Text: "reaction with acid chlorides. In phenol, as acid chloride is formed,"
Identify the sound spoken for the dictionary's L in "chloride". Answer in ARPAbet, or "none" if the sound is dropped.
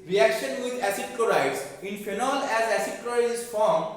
none